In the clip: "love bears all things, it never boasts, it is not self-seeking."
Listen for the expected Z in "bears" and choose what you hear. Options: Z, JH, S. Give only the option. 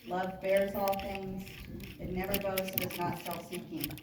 Z